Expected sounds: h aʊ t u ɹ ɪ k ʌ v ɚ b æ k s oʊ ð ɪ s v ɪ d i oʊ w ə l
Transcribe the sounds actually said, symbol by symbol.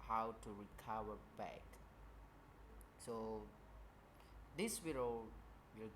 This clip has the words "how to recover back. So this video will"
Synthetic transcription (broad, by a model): h aʊ t u ɹ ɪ k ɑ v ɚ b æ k s oʊ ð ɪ s w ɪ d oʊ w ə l